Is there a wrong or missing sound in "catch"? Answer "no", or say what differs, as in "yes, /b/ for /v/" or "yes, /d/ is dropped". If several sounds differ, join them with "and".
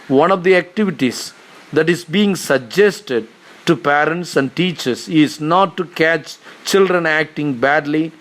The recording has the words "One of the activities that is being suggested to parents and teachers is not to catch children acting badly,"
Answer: no